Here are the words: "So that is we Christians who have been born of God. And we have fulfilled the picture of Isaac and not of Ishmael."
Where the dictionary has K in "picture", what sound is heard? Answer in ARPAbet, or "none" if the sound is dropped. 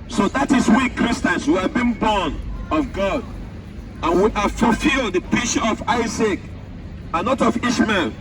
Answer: none